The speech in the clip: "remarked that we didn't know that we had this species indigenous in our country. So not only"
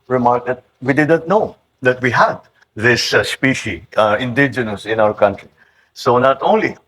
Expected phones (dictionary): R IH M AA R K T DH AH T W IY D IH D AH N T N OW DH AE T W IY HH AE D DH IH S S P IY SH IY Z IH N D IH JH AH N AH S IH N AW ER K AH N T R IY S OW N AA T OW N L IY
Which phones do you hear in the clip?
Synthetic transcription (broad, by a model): R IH M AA R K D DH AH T W IY D IH D AH N T N OW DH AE T W IY HH AE D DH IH S S P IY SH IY IH N D IH JH AH N AH S IH N AW ER K AH N T R IY S OW N AA T OW N L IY